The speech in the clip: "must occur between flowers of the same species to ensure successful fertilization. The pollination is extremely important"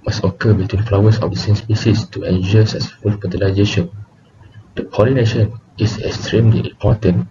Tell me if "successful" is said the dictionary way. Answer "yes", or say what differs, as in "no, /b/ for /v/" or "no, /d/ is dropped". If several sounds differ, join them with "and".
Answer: no, /k/ is dropped